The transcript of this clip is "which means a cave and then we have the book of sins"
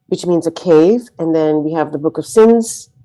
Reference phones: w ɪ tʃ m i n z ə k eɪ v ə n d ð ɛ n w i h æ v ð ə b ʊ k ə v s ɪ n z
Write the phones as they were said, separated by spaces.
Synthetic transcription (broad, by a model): w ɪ tʃ m i n z ə k eɪ v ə n ð ɛ n w i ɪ v ð ə b ʊ k ə v s ɪ n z